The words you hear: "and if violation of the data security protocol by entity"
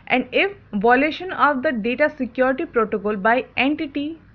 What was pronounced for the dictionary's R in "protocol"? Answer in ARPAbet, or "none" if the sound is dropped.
R